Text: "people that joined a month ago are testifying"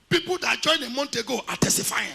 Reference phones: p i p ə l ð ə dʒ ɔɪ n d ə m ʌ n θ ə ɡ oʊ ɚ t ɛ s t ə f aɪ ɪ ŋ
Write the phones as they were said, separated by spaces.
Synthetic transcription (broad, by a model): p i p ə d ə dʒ ɔɪ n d ə m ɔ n t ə ɡ oʊ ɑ t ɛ s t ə f aɪ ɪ